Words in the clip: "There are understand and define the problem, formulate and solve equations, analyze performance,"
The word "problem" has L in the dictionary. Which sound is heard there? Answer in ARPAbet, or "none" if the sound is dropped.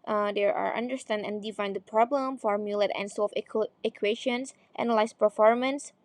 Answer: L